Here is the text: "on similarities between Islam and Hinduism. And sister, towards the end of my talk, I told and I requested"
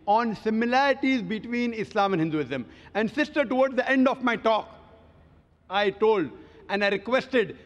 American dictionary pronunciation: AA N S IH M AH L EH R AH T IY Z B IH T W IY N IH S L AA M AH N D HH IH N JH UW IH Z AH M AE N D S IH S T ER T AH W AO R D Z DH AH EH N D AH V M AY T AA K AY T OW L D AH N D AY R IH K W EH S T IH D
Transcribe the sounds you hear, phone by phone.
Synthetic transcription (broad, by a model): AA N S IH M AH L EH R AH T IY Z B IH T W IY N IH S L AA M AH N HH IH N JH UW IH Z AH M AE N D S IH S T ER T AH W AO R D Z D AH EH N D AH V M AY T AA K AY T OW L D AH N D AY R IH K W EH S T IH D